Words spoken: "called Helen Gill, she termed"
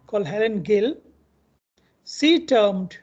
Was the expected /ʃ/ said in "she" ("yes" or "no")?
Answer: no